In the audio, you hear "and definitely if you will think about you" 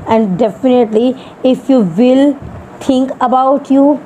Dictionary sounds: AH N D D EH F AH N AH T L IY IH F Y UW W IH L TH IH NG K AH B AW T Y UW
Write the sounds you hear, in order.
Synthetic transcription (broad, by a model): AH N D D EH F AH N AH T L IY IH F Y UW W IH L T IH NG K AH B AW T Y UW